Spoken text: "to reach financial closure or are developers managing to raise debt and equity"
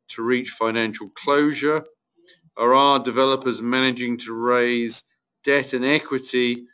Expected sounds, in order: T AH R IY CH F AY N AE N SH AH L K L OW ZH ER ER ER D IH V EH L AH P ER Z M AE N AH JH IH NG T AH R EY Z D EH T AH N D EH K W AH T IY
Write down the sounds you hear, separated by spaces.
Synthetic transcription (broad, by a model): T AH R IY CH F AY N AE N SH AH L K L OW ZH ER ER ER D IH V EH L AH P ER Z M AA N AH JH IH NG T AH R EY Z D EH T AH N EH K W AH T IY